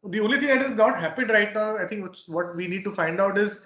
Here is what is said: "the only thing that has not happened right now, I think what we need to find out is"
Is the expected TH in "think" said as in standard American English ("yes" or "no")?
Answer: no